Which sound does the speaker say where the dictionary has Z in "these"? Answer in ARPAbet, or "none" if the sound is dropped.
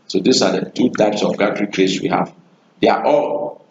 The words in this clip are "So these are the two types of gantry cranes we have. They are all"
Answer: S